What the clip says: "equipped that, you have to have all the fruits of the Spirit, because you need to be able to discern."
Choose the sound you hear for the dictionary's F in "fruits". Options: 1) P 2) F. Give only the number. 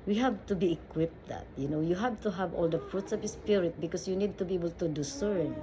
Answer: 2